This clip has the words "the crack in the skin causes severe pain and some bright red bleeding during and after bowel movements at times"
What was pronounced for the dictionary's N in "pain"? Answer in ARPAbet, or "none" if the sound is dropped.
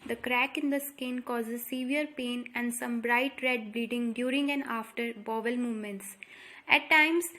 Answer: N